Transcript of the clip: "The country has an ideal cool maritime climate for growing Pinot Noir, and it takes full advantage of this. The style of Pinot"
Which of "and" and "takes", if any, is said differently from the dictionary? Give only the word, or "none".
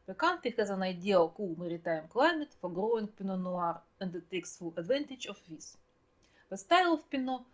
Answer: none